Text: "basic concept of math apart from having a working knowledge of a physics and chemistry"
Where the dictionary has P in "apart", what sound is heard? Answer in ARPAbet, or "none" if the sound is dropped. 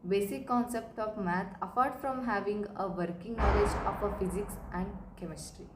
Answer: F